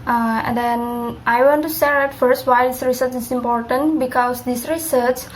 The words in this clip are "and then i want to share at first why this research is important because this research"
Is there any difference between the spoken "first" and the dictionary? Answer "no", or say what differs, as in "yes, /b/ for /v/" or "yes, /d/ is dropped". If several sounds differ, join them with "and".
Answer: no